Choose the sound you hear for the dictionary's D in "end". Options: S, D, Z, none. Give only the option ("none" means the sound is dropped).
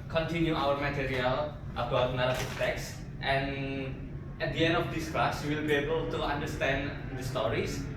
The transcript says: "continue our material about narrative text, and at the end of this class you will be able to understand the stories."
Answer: D